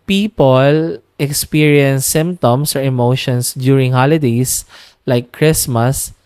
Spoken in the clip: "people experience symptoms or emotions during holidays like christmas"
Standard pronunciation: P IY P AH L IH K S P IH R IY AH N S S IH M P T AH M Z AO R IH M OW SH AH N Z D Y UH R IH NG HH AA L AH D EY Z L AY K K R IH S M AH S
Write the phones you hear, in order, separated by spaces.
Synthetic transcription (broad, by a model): P IY P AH L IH K S P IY R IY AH N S S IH M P T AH M S AO R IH M OW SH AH N S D Y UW R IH NG HH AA L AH D EY S L AY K K R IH S M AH S